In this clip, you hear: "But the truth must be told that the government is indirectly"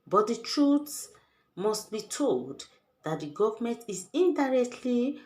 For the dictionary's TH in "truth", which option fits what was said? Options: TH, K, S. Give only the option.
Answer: S